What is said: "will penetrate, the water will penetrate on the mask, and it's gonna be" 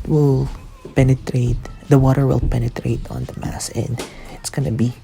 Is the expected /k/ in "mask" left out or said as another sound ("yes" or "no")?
yes